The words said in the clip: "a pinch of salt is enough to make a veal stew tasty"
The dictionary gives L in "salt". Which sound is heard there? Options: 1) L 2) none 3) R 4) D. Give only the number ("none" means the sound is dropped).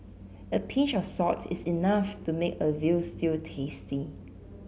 2